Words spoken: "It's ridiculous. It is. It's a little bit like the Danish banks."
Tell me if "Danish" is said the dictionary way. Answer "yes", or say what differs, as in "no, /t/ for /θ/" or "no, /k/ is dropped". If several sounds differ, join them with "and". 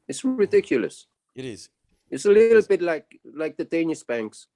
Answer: no, /s/ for /ʃ/